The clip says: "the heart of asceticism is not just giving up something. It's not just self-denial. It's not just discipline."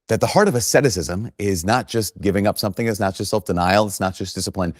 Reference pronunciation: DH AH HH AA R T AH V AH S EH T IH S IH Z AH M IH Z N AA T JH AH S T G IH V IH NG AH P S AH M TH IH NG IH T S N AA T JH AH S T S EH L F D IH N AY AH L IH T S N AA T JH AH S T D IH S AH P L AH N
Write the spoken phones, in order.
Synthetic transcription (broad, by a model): DH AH HH AA R T AH V AH S EH T IH S IH Z AH M IH Z N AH T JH AH S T G IH V IH NG AH P S AH M TH IH NG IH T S N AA T JH AH S T S EH L F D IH N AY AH L IH T S N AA T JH AH S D IH S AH P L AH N